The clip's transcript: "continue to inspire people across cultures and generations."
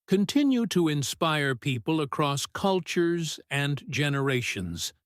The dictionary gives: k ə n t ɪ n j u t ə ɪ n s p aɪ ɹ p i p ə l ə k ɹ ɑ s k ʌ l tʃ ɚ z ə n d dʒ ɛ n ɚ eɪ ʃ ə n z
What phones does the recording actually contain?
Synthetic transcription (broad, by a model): k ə n t ɪ n j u t ə ɪ n s p aɪ ɹ p i p ə l ə k ɹ ɑ s k ʌ l tʃ ɚ z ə n dʒ ɛ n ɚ eɪ ʃ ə n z